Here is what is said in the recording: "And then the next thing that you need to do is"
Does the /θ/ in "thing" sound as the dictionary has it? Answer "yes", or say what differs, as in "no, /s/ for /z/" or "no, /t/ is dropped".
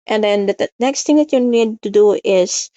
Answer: no, /t/ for /θ/